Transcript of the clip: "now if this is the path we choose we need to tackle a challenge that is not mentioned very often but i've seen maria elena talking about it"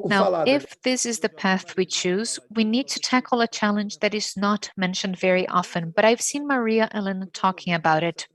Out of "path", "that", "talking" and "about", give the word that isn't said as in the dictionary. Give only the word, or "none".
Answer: none